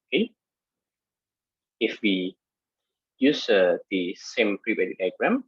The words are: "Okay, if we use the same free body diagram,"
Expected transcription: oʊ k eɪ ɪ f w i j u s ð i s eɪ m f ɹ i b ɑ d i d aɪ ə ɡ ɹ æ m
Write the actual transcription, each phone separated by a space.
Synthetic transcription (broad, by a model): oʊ k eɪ ɪ f w i j u s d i s eɪ m p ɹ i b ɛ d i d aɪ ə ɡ ɹ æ m